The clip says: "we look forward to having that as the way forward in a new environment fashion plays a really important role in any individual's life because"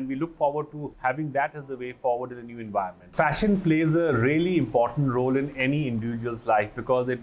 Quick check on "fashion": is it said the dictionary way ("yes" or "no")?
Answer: yes